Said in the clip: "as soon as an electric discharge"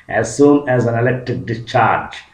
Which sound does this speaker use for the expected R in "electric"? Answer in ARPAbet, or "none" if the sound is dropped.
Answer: none